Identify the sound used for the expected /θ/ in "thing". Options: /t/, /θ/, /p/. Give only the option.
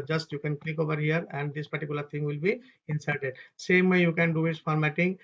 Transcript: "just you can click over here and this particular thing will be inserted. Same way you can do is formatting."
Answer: /t/